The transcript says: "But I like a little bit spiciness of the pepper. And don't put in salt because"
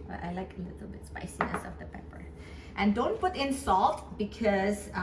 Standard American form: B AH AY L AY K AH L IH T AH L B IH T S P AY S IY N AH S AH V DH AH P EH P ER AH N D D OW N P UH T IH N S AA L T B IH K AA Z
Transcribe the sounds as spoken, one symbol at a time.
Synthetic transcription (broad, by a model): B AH AY L AY K AH L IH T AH L B IH T S P AY S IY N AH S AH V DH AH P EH P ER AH N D D OW N P UH T IH N S AA L T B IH K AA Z